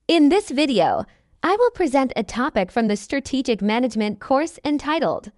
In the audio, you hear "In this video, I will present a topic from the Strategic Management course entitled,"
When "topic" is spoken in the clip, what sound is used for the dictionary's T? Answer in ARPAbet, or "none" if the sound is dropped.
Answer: T